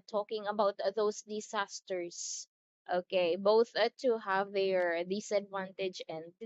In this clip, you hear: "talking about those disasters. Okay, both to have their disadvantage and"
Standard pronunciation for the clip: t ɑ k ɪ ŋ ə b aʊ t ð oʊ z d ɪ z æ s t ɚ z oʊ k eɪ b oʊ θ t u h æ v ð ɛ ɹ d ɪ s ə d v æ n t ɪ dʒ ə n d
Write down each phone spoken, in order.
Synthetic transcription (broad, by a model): t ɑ k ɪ ŋ ə b aʊ t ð oʊ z d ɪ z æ s t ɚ s oʊ k eɪ b oʊ θ t u h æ v ð ɛ ɹ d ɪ s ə d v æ n t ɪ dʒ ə n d